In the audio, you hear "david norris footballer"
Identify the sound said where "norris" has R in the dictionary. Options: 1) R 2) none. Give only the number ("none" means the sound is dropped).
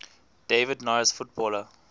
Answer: 2